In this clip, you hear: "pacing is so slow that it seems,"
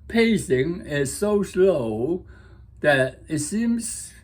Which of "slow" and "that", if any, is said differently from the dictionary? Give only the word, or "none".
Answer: none